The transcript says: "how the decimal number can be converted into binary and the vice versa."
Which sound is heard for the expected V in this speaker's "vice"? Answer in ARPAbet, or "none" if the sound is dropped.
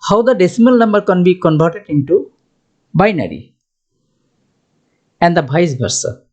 B